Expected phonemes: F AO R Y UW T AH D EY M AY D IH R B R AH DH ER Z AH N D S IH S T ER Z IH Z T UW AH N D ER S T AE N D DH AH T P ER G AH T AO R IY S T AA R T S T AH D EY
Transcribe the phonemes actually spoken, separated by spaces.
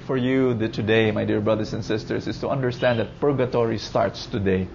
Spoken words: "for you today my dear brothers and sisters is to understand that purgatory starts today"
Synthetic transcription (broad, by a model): F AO R Y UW T AH D EY M AY D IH R B R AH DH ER S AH N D S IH S T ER S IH S T UW AH N D ER S T AE N D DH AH T P ER G AH T AO R IY S T AA R T S T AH D EY